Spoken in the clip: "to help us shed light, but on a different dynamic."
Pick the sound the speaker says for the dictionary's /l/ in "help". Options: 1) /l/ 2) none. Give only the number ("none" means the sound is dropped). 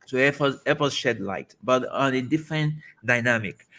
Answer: 2